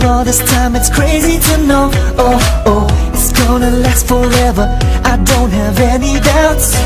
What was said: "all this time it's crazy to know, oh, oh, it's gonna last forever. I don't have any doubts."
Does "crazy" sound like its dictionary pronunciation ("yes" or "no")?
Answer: yes